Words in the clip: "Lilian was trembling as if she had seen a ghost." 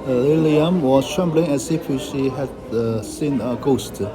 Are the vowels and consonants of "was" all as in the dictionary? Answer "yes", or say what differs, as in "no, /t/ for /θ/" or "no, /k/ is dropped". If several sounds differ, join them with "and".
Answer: no, /s/ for /z/